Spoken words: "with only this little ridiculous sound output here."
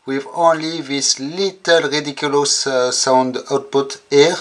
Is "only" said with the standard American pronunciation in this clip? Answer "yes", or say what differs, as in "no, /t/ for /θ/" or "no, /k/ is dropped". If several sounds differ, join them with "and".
yes